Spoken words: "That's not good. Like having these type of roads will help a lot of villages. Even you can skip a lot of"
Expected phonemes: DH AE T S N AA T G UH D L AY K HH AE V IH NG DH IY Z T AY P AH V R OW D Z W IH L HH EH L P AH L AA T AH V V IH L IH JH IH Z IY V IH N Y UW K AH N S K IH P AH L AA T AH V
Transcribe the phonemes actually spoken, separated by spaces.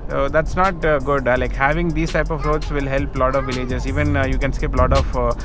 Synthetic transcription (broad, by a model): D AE T S N AA T G UH D L AY K HH AE V IH NG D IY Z T AY P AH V R OW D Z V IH L HH EH L P L AA T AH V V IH L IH JH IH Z IY V IH N Y UW K AH N S K IH P L AA T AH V